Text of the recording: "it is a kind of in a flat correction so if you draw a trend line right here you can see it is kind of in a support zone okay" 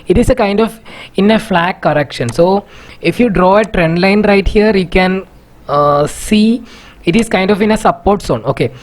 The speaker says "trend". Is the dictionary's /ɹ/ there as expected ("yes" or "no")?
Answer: yes